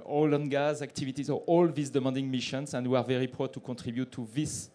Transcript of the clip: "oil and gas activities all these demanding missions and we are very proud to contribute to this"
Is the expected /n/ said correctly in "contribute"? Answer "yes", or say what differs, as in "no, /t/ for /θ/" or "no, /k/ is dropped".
no, /n/ is dropped